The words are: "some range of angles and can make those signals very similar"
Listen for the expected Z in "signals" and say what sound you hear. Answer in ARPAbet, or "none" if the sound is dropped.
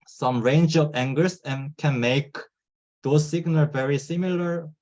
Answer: none